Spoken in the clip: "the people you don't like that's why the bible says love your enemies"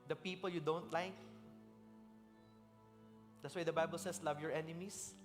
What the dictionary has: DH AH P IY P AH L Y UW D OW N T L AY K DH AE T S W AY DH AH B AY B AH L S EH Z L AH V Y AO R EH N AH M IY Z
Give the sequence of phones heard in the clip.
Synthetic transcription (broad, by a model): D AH P IY P AH L Y UW D OW N T L AY K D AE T S W AY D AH B AY B AH L S EH S L AH V Y AO R EH N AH M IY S